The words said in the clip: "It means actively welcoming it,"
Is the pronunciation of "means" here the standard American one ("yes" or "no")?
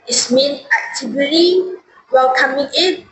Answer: no